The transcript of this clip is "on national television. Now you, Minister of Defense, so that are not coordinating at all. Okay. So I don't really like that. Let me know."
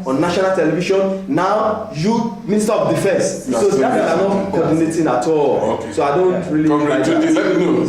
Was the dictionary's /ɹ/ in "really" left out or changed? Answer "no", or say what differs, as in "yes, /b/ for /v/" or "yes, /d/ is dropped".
no